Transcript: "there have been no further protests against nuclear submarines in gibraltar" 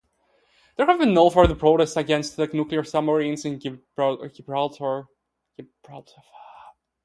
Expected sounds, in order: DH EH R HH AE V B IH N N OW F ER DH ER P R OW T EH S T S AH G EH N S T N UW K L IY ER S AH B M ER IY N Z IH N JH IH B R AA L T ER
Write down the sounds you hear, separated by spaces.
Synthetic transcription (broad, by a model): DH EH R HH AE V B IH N N OW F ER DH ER P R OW T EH S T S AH G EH N S T N UW K L IY ER S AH M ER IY N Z IH N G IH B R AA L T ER